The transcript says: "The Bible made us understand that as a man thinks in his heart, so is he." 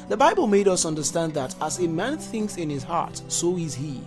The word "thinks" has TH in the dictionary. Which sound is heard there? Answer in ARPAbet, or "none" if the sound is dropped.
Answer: TH